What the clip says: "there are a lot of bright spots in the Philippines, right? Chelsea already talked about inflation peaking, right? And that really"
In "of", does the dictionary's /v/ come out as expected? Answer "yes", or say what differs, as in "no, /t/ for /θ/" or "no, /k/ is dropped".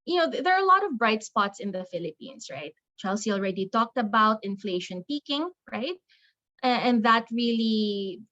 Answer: yes